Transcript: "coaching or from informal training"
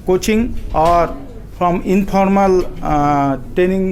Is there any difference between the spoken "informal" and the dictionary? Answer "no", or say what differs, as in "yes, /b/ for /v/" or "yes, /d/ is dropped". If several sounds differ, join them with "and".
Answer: yes, /p/ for /f/